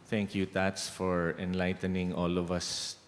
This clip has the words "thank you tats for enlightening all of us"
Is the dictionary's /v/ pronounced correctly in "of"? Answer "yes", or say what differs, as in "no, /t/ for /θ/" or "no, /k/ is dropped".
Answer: yes